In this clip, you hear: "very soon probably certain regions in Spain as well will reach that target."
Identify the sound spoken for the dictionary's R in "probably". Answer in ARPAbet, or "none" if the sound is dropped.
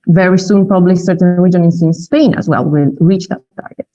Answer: none